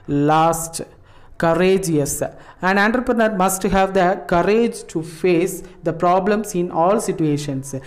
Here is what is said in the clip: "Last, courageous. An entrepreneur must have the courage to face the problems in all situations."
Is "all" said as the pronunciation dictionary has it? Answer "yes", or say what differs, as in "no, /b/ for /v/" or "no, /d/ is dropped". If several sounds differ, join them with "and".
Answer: yes